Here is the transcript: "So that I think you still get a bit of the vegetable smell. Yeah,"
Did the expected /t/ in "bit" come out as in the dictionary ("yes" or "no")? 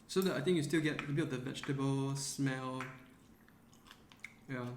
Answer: no